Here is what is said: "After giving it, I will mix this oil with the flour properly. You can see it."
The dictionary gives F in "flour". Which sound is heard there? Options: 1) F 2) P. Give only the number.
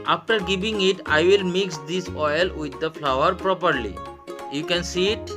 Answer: 1